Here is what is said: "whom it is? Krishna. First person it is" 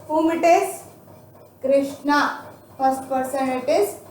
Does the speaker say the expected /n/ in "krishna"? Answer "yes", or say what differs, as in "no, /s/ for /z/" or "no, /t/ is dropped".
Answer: yes